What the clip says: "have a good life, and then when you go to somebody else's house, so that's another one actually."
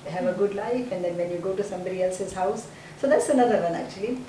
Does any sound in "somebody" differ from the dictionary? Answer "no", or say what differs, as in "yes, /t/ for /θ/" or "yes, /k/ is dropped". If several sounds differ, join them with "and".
no